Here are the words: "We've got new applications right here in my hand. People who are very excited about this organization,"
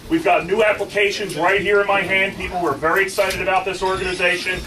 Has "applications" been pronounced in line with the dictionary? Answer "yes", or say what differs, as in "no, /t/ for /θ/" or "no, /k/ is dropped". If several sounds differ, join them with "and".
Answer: yes